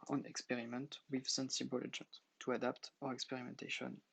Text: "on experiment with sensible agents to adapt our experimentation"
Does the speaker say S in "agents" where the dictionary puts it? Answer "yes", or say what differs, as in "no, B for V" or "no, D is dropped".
no, S is dropped